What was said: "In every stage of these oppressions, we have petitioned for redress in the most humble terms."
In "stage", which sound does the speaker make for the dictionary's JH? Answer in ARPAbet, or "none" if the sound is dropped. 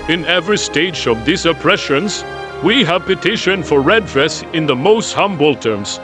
JH